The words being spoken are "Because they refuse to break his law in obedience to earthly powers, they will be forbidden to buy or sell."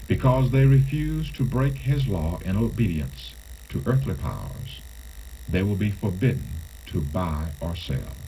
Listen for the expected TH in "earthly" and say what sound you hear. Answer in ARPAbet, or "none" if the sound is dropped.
TH